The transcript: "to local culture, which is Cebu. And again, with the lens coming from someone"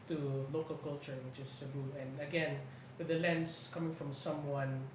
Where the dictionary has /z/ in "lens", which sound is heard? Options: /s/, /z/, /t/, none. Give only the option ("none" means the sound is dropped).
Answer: /s/